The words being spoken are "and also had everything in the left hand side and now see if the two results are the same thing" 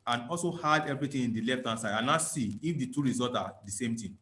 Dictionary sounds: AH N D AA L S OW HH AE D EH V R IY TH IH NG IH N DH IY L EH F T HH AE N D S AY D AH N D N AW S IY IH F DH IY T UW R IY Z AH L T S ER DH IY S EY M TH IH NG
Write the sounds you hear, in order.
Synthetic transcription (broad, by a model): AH N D AA L S OW HH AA D EH V R IY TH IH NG IH N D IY L EH F T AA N S AY D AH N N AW S IY IH F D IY T UW R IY Z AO L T AA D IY S EY M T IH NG